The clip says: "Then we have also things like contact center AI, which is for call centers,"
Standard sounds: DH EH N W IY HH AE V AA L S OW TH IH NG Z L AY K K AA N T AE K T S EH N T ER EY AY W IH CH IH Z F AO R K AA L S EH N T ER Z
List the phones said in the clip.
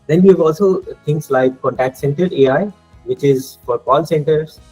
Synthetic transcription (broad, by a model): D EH N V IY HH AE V AA L S OW T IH NG S L AY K K AA N T AE K T S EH N T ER EY AY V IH CH IH Z F AO R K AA L S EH N T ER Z